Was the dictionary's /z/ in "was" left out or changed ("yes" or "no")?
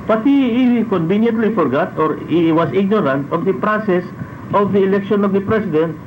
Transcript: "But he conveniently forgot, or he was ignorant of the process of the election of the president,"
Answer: yes